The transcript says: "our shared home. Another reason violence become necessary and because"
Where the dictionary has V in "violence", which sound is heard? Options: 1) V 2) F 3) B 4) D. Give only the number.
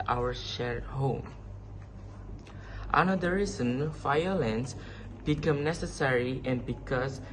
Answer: 2